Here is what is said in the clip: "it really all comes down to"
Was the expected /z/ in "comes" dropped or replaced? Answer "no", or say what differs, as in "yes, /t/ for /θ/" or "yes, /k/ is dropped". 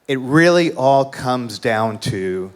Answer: no